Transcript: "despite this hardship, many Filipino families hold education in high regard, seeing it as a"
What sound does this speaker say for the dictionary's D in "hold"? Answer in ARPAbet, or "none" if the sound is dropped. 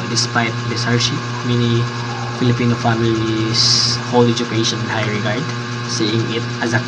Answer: none